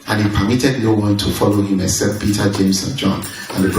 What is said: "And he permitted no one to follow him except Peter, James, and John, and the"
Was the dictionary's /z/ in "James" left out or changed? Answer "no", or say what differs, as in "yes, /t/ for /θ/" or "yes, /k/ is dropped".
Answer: yes, /s/ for /z/